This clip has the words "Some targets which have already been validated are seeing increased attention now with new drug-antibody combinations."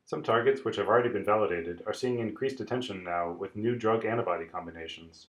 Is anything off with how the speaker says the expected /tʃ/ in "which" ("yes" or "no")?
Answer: no